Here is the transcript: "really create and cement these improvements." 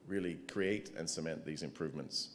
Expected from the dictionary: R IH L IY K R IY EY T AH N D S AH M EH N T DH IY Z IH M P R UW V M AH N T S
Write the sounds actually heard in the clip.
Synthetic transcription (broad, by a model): R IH L IY K R IY EY T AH N S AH M EH N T DH IY Z IH M P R UW V M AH N T S